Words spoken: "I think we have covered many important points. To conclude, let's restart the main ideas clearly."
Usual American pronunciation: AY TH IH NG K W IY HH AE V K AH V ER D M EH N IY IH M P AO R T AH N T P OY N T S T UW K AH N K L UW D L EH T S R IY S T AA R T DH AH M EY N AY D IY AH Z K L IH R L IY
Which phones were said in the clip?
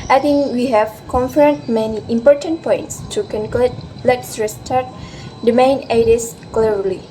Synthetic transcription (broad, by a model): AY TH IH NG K W IY HH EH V K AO F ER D M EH N IY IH M P AO R T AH N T P OY N T S T UW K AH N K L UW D L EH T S R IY S T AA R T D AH M EY N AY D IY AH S K L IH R L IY